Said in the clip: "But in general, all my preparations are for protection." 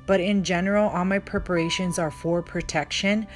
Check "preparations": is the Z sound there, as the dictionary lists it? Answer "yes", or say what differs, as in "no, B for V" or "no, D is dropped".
yes